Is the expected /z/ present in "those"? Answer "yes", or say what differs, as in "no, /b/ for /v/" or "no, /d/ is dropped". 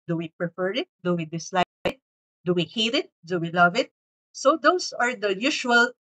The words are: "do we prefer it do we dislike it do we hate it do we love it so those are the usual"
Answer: no, /s/ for /z/